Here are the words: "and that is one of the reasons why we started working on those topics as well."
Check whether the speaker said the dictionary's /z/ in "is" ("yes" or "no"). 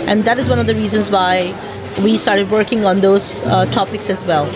yes